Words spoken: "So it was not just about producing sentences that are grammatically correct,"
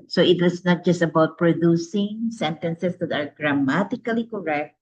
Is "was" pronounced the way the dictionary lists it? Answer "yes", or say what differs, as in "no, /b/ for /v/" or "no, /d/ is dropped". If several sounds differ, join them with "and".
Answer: no, /s/ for /z/